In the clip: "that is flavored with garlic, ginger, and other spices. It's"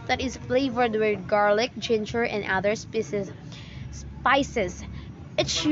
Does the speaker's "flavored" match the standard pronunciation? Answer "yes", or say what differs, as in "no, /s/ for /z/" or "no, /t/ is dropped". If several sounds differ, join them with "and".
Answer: yes